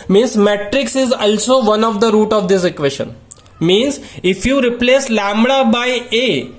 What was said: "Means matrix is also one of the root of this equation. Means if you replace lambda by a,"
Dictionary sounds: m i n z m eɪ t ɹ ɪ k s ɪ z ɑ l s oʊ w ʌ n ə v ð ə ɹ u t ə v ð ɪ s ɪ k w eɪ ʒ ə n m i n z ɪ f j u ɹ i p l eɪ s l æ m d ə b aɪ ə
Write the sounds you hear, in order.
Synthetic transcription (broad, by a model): m i n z m eɪ t ɹ ɪ k s ɪ z ɑ l s oʊ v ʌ n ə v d ə ɹ u t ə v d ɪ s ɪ k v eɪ ʃ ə n m i n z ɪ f j u ɹ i p l eɪ s l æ m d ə b aɪ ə